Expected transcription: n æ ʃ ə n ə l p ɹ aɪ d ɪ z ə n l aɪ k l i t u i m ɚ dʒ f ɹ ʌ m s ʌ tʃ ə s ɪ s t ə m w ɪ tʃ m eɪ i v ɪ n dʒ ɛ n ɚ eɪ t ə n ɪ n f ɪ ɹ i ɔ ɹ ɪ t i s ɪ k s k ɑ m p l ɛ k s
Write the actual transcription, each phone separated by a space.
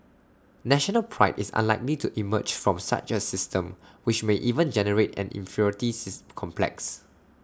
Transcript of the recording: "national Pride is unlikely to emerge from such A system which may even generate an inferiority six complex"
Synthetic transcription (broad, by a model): n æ ʃ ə n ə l p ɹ aɪ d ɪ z ə n l aɪ k l i t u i m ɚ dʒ f ɹ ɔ m s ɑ tʃ ə s ɪ s t ə m w ɪ tʃ m eɪ i v ɪ n dʒ ɛ n ɚ eɪ t ə n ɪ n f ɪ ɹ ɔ ɹ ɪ t i s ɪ s k ɑ m p l ɛ k s